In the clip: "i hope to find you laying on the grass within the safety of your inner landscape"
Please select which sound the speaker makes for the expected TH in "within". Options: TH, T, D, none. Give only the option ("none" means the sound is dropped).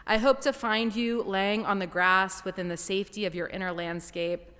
TH